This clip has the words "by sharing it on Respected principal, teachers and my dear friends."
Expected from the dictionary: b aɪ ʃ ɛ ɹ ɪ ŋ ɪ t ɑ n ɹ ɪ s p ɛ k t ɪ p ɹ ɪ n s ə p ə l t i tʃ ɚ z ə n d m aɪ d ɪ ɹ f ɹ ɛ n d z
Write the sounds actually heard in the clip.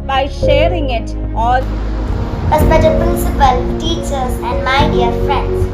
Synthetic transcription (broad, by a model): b aɪ ʃ ɛ ɹ ɪ ŋ ɪ t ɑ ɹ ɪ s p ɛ t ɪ p ɹ ɪ n s ə p ə l t i tʃ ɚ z ə n d m aɪ d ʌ ɹ f ɹ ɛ n d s